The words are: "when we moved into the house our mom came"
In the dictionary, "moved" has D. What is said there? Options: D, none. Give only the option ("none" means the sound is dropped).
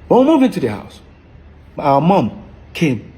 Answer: none